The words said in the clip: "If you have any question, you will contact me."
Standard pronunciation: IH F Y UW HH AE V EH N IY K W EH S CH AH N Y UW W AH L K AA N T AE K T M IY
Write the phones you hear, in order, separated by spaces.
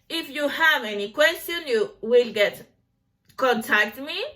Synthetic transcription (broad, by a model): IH F Y UW HH AE V EH N IY K W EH S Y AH N Y UW W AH L K AA N T AE K T M IY